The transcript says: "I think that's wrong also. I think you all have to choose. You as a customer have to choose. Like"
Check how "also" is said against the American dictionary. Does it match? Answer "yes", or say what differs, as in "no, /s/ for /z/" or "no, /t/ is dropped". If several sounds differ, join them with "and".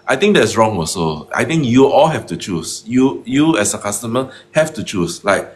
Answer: no, /l/ is dropped